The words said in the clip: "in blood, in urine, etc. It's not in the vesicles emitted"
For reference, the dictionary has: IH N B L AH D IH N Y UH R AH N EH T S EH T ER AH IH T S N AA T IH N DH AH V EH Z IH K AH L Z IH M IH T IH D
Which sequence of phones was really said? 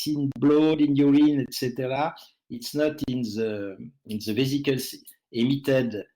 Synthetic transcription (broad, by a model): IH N B L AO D IH N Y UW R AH N EH T S EH T ER AH IH T S N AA T IH N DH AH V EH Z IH K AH L S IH M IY T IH D